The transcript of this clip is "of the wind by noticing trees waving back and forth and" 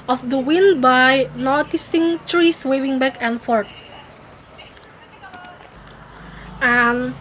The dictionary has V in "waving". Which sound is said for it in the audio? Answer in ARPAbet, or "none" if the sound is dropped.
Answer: W